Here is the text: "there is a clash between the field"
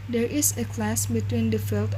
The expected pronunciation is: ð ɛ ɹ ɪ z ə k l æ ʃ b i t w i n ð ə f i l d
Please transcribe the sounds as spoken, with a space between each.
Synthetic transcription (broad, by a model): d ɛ ɹ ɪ s ə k l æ s b i t w i n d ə f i l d